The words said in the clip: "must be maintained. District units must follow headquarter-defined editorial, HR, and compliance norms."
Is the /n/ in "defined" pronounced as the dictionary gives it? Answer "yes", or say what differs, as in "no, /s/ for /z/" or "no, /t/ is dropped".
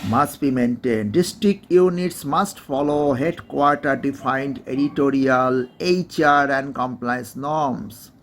yes